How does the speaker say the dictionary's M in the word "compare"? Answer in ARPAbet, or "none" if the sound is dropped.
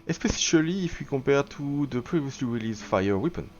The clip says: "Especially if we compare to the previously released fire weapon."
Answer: none